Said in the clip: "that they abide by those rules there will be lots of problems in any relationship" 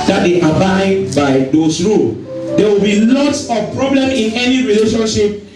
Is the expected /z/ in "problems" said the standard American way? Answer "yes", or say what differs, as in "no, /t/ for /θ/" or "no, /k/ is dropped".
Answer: no, /z/ is dropped